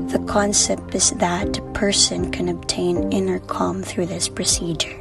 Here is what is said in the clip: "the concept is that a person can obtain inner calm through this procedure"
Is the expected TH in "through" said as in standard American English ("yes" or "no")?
yes